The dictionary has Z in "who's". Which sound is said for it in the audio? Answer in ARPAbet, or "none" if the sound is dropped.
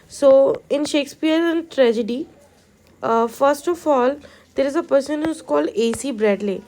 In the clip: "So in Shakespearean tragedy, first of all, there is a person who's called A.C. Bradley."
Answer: S